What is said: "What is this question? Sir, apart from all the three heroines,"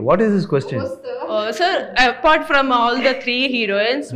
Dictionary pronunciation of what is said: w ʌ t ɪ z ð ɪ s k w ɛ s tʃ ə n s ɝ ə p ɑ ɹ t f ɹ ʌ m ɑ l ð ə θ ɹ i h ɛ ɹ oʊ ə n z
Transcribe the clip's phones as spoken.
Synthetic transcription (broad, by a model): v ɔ t ɪ z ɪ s k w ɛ s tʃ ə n s ɝ ə p ɑ ɹ t f ɹ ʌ m ɑ l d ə t ɹ i h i ɹ oʊ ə n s